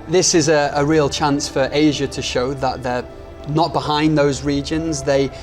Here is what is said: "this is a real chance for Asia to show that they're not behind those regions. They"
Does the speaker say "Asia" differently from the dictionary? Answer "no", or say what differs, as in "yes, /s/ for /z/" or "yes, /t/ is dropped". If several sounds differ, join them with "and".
no